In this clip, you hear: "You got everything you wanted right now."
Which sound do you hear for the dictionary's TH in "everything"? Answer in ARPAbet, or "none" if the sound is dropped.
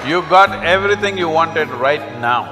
T